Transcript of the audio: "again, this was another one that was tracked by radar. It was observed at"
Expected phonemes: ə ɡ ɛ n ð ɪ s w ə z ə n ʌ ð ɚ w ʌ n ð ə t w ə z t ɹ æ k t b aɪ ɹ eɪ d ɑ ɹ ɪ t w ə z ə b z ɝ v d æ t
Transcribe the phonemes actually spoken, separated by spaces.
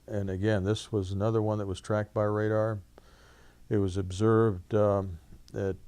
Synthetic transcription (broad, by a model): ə ɡ ɛ n ð ɪ s w ə z ə n ʌ ð ɚ w ʌ n ð ə t w ə z t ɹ æ k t b aɪ ɹ eɪ d ɑ ɹ ɪ t w ə z ə b z ɝ v d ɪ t